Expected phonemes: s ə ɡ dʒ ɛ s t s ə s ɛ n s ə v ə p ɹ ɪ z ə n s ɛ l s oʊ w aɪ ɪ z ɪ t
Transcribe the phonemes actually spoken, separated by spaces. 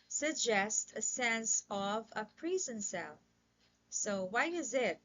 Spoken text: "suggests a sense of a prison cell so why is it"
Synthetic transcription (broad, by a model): s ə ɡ dʒ ɛ s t ə s ɛ n s ə v ə p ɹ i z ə n s ɛ l s oʊ w aɪ ɪ z ɪ t